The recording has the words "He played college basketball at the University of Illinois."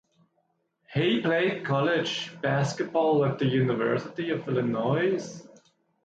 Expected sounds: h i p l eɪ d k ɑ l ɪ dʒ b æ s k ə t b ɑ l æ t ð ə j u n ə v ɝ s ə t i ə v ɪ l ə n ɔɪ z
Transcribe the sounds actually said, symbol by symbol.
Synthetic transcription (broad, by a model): h i p l eɪ d k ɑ l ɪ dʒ b æ s k ə t b ɑ l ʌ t ð ə j u n ə v ɝ s ə t i ə v ɪ l ə n ɔɪ z